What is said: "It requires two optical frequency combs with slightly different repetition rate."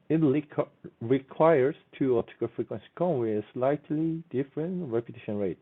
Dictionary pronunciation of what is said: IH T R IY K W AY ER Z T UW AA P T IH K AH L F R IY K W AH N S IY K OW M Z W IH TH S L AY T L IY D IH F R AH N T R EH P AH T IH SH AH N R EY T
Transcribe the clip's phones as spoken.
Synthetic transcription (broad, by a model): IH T R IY K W AY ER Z T UW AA T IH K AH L F R IY K W AH N S IY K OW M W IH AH S L AY T L IY D IH F R AH N T R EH P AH T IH SH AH N R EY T